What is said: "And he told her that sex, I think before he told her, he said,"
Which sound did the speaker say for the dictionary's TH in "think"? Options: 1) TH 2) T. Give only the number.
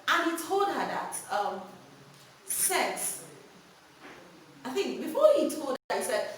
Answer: 1